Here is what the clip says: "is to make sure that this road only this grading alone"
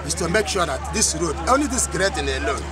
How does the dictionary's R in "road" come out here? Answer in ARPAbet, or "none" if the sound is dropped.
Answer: R